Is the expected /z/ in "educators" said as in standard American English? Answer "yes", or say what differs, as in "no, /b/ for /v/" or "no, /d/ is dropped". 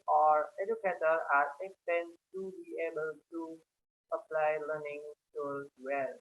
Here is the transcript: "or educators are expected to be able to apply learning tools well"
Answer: no, /z/ is dropped